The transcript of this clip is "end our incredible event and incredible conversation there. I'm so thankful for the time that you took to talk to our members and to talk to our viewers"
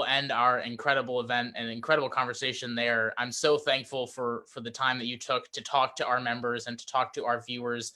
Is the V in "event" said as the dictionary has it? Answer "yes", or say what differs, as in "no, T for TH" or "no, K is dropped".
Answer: yes